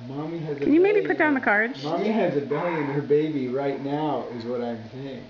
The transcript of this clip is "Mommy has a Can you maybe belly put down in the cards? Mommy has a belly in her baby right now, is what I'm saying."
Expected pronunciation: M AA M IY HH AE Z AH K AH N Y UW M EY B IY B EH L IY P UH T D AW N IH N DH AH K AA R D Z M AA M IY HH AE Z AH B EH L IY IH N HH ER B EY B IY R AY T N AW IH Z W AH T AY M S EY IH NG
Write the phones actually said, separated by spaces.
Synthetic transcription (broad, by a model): M AA M IY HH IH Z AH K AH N Y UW M EY IY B IY P UH T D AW IH N DH AH K AA R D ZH M AA M IY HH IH Z AH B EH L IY IH N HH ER B EY B IY R AY T N AW IH Z W AH T AY M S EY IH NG